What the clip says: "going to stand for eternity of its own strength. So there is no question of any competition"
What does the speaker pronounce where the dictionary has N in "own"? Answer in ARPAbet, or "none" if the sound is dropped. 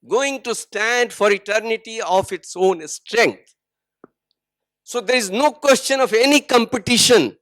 N